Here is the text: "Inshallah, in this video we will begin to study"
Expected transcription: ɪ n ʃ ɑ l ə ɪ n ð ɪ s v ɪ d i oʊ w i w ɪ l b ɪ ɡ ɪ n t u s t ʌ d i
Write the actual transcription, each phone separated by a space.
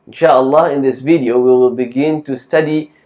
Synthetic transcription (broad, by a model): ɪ n ʃ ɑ l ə ɪ n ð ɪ s v ɪ d i oʊ w i w ɪ l b ɪ ɡ ɪ n t u s t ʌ d i